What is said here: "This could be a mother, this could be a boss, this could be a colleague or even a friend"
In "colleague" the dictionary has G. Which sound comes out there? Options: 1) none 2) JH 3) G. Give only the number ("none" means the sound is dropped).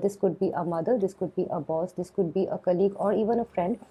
3